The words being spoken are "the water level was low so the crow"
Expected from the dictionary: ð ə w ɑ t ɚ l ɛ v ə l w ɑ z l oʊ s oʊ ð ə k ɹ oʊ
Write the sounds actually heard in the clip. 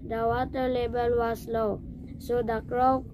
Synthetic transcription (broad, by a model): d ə w ɑ t ɚ l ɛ b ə l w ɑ s l oʊ s oʊ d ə k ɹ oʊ